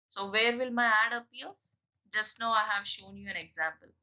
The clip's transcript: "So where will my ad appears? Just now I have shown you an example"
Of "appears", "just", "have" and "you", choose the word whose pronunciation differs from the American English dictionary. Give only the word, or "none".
appears